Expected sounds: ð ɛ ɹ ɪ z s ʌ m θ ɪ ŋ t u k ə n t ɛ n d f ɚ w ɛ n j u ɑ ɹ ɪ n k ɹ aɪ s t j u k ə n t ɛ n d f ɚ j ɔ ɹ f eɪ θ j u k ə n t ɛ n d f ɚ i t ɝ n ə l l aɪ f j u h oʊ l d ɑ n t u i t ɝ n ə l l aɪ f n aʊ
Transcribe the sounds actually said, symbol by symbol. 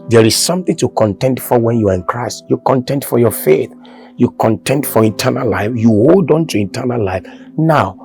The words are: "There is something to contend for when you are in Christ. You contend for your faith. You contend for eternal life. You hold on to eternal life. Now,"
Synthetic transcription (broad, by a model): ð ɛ ɹ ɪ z s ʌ m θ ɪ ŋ t u k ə n t ɛ n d f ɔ w ɛ n j u ɑ ɹ ɪ n k ɹ aɪ s t j u k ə n t ɛ n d f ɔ j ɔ f eɪ θ j u k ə n t ɛ n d f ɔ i t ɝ n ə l l aɪ f j u h oʊ l d ɑ n t u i t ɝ n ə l l aɪ f n aʊ